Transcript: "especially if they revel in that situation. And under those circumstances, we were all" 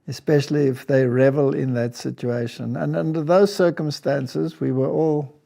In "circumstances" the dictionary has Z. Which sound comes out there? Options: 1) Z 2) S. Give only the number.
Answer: 1